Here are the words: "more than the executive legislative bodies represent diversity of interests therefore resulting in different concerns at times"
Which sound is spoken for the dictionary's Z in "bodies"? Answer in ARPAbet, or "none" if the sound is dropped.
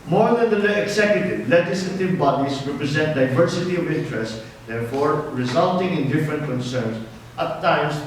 S